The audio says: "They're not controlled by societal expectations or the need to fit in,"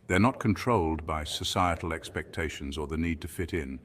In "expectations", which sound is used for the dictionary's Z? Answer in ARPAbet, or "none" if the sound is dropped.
Z